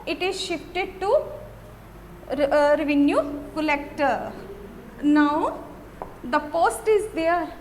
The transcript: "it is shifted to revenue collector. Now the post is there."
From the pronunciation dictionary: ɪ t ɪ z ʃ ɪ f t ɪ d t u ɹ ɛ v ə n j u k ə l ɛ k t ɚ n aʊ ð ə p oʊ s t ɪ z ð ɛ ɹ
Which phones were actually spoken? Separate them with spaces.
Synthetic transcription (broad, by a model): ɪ t ɪ z ʃ ɪ f t ɪ d t u ɹ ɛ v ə n j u k ə l ɛ k t ɚ n aʊ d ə p oʊ s t ɪ z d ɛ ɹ